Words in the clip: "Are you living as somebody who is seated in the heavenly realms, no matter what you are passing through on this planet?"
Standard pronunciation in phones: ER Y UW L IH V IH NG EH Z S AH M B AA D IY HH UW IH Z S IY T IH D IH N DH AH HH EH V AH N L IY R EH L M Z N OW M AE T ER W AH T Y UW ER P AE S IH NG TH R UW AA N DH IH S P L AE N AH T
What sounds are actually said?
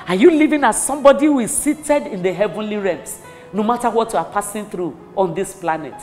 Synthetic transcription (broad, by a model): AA Y UW L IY V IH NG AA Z S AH M B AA D IY HH UW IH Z S IY T IH D IH N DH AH HH EH V AH N L IY R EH M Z N OW M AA T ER W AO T Y UW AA P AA S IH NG TH R UW AA N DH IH S P L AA N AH T